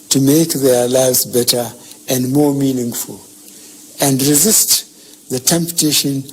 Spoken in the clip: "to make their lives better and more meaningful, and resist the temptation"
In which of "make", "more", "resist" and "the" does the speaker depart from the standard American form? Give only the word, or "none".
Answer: none